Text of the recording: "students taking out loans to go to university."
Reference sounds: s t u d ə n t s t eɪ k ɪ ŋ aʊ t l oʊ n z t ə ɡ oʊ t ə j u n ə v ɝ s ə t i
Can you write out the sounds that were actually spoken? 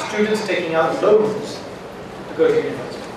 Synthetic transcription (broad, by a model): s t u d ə n t s t eɪ k ɪ ŋ aʊ t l oʊ z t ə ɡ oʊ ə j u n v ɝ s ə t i